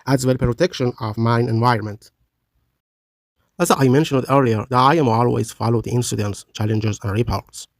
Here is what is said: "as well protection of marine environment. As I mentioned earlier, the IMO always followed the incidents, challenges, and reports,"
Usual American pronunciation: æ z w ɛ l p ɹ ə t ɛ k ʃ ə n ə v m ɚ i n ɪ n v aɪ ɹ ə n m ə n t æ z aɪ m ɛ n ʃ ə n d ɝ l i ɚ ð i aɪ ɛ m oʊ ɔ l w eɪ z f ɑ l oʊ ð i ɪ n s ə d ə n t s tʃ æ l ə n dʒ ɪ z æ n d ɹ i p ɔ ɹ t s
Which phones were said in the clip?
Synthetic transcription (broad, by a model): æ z w ɛ l p ɹ ə t ɛ k ʃ ə n ə v m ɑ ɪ n ɪ n v aɪ ɹ ə n m ə n t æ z aɪ m ɛ n ʃ ə n d ɝ l i ɚ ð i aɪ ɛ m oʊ ɔ l w eɪ z f ɑ l oʊ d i ɪ n s ə d ə n t s tʃ æ l ə n dʒ ɪ z æ n d ɹ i p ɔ ɹ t s